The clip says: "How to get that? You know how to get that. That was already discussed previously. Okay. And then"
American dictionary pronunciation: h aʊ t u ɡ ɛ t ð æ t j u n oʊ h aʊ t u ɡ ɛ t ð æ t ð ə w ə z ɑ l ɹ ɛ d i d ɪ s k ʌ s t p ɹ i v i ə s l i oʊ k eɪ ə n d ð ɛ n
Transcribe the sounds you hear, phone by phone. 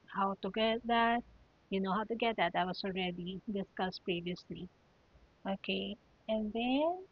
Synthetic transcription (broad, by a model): h aʊ t u ɡ ɛ t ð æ t j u n oʊ h aʊ t u ɡ ɛ t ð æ t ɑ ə w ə s ɑ l ɹ ɛ d i d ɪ s k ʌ s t p ɹ i v i ə s l i oʊ k eɪ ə n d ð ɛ n